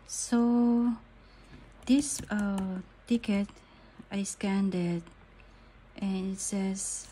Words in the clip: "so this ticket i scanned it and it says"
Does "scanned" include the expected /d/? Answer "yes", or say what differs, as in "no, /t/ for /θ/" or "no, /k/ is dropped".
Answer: yes